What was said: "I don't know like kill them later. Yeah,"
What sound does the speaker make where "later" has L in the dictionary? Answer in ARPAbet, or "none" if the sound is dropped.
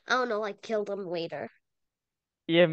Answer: W